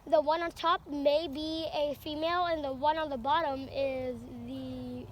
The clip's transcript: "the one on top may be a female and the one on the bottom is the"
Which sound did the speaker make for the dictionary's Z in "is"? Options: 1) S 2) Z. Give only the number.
2